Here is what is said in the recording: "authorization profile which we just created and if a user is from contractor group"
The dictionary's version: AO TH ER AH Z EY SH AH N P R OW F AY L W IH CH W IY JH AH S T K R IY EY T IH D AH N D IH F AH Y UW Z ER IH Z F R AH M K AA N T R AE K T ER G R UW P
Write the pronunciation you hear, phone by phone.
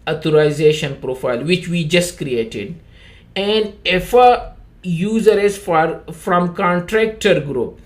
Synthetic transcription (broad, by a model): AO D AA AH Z EY SH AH N P R OW F AY L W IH CH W IY JH AH S T K R IY EY T IH D AH N D IH F AH Y UW Z ER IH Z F R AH M K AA N T R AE K T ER G R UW P